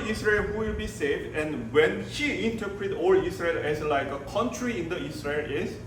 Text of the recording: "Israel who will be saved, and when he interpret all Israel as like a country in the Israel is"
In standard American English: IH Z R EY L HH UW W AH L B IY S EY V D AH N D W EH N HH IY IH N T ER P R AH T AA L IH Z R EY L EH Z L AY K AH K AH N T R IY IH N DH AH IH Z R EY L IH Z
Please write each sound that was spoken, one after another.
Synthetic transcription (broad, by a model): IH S R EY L HH UW W AH L B IY S EY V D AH N W EH N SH IY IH N T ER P R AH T AA L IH S R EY L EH S L AY K AH K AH N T R IY IH N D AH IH S R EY L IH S